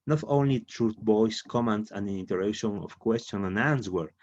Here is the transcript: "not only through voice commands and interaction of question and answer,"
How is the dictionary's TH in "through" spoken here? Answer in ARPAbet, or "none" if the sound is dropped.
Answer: T